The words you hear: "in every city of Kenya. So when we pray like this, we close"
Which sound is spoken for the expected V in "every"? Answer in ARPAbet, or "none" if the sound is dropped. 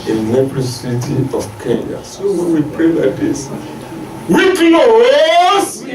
P